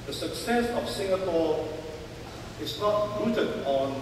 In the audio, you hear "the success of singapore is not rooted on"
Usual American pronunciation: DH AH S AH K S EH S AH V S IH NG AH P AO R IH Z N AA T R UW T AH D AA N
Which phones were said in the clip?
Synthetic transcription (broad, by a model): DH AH S AH K S EH S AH F S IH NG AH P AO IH S N AA T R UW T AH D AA N